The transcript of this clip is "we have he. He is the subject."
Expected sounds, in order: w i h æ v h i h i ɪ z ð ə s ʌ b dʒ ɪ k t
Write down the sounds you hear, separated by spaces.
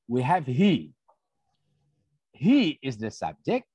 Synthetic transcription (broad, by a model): w i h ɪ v h i h i ɪ z ð ə s ʌ b dʒ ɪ k t